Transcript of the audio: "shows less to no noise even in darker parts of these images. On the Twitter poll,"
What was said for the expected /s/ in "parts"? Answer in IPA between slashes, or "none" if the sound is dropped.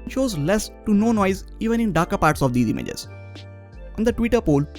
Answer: /s/